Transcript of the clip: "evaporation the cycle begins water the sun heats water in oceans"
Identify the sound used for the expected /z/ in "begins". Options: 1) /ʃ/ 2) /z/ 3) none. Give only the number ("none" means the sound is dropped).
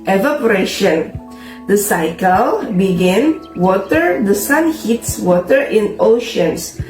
3